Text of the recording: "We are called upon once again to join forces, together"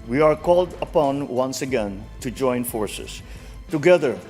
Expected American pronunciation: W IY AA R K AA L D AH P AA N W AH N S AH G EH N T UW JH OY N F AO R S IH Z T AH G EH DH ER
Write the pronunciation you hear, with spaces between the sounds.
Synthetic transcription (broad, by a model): W IY AA R K AA L D AH P AA N W AH N S AH G EH N T UW JH OY N F AO R S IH S T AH G EH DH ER